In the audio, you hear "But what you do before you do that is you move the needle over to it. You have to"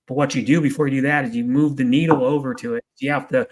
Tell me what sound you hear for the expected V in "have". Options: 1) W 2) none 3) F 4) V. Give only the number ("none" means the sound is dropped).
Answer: 3